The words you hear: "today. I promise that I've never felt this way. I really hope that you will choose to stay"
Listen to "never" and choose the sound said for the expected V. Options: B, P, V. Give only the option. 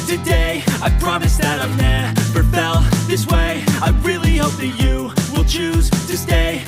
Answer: P